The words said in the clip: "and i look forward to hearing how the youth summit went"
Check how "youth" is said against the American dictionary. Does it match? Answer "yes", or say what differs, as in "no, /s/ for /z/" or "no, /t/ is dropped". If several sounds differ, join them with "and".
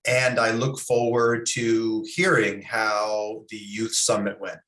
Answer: yes